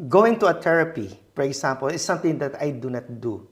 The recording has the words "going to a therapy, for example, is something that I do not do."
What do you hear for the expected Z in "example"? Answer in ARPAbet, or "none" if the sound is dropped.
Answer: S